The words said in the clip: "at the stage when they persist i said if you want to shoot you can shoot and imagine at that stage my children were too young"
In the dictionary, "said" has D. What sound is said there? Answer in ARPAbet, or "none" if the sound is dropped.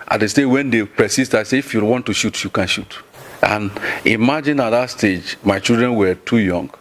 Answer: none